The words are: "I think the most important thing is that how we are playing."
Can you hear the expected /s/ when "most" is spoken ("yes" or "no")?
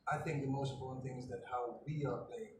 no